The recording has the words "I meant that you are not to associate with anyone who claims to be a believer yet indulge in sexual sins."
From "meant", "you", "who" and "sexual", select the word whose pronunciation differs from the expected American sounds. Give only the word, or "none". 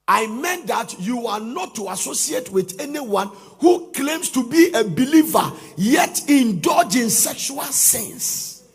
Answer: none